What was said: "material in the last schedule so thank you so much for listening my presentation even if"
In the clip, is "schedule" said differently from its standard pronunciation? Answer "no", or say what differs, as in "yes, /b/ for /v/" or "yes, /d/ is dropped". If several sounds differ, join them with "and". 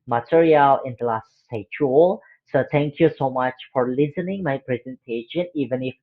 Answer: yes, /k/ is dropped and /tʃ/ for /dʒ/